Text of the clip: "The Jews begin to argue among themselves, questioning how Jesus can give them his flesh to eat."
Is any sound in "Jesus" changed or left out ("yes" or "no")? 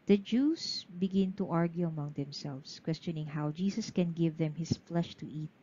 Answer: yes